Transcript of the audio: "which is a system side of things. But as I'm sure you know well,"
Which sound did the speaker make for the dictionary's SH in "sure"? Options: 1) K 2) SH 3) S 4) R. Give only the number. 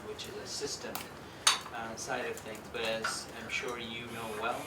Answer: 2